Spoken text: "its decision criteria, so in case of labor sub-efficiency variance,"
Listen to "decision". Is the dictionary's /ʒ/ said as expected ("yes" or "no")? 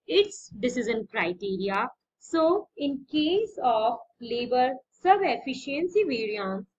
no